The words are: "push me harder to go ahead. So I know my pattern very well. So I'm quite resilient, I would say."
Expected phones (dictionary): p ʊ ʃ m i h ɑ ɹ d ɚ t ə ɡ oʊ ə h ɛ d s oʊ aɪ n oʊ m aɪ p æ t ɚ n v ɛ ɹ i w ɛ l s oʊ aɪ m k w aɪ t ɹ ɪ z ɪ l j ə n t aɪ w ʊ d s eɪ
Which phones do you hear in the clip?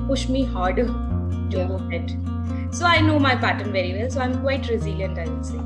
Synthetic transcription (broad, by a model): p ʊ ʃ m i h ɑ ɹ d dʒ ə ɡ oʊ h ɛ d s oʊ aɪ n oʊ m aɪ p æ t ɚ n v ɛ ɹ i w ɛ l s oʊ aɪ m k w aɪ t ɹ ɪ z ɪ l j ə n t aɪ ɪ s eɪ